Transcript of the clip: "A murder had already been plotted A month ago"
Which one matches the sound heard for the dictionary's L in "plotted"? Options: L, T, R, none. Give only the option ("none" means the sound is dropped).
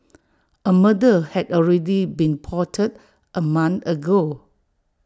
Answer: none